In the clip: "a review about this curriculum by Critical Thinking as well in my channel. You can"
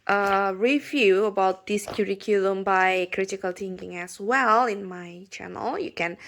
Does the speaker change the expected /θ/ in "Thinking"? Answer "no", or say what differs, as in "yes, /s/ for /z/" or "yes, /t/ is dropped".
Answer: yes, /t/ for /θ/